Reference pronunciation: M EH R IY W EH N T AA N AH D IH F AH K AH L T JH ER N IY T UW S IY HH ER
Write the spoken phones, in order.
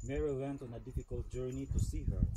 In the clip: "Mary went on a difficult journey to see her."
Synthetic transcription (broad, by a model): M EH R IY W EH N T AA N AH D IH F AH K AH L T JH ER N IY T UW S IY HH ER